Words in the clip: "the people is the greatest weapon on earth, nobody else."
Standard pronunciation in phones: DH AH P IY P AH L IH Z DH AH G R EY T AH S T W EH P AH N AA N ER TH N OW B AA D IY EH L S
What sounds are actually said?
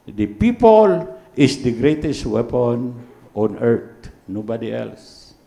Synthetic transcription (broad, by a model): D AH P IY P AH L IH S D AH G R EY T AH S T W EH P AH N AA N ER T N OW B AA D IY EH L S